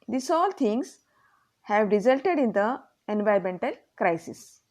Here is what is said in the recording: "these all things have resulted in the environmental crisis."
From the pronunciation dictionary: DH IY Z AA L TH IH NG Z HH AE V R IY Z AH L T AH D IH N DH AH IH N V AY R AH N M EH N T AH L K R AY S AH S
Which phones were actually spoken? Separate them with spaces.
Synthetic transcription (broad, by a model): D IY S AA L T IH NG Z HH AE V R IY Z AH L T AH D IH N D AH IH N V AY AH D M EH N T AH L K R AY S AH S